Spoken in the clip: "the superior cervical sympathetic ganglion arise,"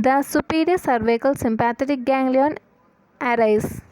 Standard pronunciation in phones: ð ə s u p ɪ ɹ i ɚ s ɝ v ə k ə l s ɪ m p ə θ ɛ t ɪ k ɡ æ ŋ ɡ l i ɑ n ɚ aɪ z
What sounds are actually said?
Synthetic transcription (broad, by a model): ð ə s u p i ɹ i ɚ s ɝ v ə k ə l s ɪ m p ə t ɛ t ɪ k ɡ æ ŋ ɡ l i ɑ n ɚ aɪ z